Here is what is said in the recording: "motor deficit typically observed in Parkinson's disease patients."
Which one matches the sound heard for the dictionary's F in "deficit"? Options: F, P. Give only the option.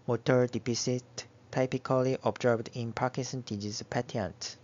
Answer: P